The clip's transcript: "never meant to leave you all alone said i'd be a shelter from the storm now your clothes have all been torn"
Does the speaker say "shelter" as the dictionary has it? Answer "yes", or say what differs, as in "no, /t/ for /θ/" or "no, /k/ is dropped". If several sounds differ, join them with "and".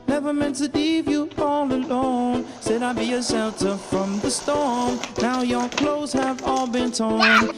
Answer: no, /s/ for /ʃ/